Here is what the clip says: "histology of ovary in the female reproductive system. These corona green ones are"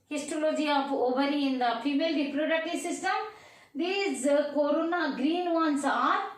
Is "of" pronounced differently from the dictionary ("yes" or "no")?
yes